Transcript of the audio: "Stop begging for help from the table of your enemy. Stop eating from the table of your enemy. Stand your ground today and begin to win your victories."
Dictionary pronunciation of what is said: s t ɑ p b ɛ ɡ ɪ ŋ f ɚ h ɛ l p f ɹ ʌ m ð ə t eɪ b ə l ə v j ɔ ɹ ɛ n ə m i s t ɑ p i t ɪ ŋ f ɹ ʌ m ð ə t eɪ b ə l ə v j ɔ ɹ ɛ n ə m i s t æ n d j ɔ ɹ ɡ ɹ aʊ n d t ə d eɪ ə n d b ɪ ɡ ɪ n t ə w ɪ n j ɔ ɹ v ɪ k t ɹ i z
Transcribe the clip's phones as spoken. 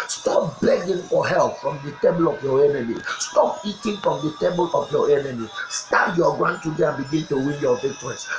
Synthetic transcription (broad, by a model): s t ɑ p b ɛ ɡ ɪ ŋ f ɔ h ɛ l p f ɹ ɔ m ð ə t eɪ b ə l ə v j ɔ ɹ ɛ n ə m i s t ɑ p i t ɪ ŋ f ɹ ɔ m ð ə t eɪ b ə l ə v j ɔ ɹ ɛ n ə m i s t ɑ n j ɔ ɡ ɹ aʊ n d t ə d eɪ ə n b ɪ ɡ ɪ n t ə w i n j ɔ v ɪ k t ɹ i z